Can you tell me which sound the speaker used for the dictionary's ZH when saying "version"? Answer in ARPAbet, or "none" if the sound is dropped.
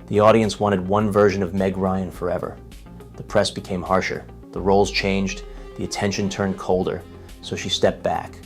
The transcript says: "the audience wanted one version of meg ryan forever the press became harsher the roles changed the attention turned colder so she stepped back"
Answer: ZH